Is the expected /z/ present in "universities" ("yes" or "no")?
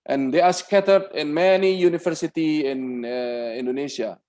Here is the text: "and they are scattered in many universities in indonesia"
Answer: no